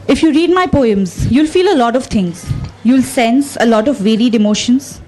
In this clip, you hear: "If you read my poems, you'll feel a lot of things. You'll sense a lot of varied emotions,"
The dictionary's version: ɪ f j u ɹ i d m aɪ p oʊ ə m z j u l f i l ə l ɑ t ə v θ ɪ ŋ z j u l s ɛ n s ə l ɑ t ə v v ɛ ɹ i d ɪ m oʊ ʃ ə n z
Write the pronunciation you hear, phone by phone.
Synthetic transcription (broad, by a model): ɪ f j u ɹ i d m aɪ p oʊ ə m z j u l f i l ə l ɑ t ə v t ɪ ŋ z j u l s ɛ n s ə l ɑ t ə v v ɛ ɹ i d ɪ m oʊ ʃ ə n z